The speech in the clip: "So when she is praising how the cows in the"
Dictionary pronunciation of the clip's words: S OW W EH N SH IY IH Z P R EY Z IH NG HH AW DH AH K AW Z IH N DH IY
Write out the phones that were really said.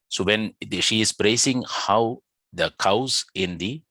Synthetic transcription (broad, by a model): S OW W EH N SH IY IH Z B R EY S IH NG HH AW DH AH K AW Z IH N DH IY